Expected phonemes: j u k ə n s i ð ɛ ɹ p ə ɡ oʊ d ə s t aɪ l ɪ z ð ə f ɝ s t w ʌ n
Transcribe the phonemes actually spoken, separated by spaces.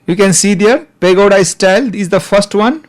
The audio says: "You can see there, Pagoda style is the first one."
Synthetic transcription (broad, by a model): j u k ə n s i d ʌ ɹ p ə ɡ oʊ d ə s t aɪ l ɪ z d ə f ɝ s t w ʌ n